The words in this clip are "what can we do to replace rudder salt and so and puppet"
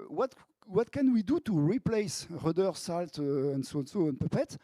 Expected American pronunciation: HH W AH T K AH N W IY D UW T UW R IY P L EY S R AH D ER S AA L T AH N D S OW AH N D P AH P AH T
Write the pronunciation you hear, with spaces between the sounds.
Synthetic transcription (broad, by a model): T W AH T K AH N W IY D UW T UW R IY P L EY S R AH D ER S AA L T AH N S S OW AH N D P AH P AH T